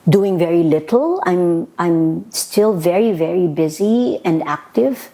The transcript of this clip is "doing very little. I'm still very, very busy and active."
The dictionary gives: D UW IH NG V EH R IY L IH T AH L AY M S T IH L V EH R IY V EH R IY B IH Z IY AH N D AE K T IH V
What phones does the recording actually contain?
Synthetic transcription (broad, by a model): D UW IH NG V EH R IY L IH T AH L AY M S T IH L V EH R IY V EH R IY B IH Z IY AH N D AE K T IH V